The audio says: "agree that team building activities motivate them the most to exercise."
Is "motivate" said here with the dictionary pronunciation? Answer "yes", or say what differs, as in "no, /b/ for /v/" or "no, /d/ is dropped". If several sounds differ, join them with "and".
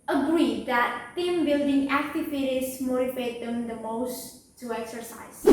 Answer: no, /f/ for /v/